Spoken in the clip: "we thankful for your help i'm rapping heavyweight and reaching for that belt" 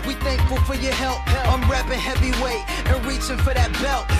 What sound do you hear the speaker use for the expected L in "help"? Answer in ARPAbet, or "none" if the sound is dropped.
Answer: L